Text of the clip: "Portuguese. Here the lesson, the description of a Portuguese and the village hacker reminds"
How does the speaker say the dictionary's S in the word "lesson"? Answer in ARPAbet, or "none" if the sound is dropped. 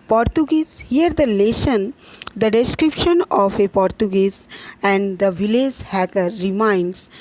SH